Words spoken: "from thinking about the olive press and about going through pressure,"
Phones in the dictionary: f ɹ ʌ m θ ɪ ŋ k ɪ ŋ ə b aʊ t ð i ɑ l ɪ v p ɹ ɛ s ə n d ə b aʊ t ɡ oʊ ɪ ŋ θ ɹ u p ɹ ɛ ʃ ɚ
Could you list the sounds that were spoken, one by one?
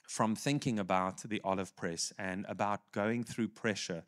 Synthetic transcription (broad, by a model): f ɹ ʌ m θ ɪ ŋ k ɪ ŋ ə b aʊ t ð i ɑ l ɪ v p ɹ ɛ s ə n ə b aʊ t ɡ oʊ ɪ ŋ θ ɹ u p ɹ ɛ ʃ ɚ